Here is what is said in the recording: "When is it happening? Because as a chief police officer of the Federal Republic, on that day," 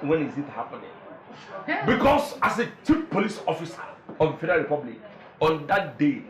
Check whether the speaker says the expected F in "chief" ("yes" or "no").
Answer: no